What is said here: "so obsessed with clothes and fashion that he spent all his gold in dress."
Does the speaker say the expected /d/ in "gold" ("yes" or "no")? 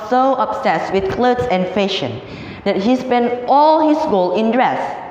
no